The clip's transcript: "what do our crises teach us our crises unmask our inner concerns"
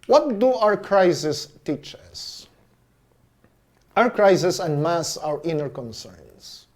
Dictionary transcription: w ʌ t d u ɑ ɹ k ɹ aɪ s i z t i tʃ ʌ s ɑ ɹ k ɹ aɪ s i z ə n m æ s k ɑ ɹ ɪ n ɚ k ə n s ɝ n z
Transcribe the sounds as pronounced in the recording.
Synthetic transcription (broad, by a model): w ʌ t d u ɑ ɹ k ɹ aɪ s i s t i tʃ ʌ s ɑ ɹ k ɹ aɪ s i s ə n m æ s ɑ ɹ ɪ n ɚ k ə n s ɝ n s